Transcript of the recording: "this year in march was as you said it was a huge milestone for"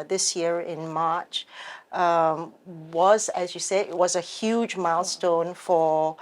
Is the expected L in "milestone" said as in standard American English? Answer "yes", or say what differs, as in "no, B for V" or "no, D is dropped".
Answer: yes